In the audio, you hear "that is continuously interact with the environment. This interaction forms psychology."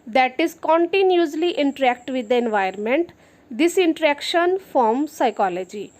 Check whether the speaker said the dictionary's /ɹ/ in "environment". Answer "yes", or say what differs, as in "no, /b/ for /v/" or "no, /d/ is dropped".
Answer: no, /ɹ/ is dropped